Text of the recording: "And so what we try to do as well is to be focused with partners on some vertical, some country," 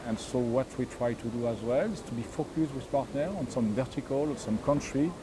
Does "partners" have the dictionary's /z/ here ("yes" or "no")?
no